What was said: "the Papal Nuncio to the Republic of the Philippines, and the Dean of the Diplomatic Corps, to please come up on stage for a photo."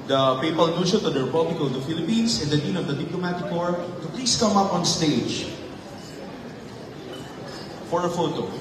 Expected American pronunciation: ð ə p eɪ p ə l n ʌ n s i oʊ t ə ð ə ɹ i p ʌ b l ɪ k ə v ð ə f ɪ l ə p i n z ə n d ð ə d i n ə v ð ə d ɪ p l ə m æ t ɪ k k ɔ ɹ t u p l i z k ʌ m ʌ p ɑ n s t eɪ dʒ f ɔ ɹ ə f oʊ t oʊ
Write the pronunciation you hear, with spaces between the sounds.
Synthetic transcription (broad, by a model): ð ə p eɪ p ə l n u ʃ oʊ t ə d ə ɹ i p ʌ b l ɪ k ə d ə f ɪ l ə p i n s ə n d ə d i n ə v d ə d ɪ p l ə m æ t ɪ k k ɔ ɹ t u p l i s k ʌ m ʌ p ɑ n s t eɪ dʒ f ɔ ɹ ə f oʊ t oʊ